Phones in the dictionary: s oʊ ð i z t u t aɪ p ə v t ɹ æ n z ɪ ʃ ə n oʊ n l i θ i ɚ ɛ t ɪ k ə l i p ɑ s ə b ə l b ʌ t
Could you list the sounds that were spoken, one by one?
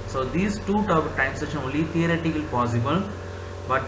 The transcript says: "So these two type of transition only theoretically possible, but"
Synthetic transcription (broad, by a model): s oʊ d i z t u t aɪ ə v t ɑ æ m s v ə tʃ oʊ l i t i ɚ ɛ t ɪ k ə l i p ɑ s ə b ə l b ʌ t